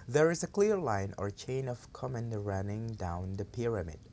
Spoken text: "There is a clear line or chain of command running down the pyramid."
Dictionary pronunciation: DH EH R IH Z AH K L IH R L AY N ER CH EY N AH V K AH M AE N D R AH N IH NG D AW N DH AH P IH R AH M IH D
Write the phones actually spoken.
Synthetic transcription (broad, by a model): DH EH R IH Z AH K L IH R L AY N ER CH EY N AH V K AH M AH N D R AH N IH NG D AW N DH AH P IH R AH M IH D